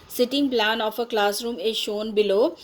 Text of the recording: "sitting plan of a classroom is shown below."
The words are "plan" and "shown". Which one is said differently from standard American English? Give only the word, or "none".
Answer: none